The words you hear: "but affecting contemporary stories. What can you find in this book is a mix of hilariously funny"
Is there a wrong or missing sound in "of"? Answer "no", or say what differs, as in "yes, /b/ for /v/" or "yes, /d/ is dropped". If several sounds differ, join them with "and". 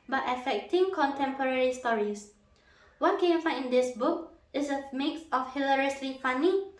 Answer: yes, /f/ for /v/